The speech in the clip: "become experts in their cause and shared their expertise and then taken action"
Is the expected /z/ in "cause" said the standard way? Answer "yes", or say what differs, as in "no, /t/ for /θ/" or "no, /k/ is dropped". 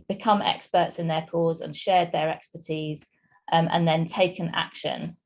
yes